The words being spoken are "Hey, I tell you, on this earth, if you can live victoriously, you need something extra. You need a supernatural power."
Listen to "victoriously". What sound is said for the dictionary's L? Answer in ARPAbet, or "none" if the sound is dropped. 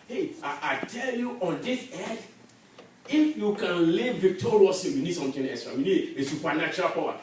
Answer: none